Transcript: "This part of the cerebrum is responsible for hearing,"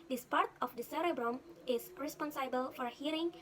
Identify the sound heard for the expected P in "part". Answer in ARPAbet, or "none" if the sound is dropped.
P